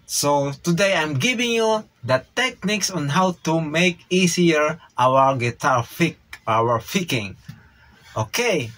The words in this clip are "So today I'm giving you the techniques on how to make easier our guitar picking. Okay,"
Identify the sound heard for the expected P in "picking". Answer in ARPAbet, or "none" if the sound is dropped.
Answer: F